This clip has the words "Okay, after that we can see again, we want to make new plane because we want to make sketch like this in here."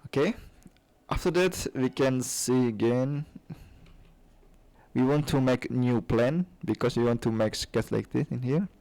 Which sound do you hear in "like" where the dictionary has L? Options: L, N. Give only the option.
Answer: L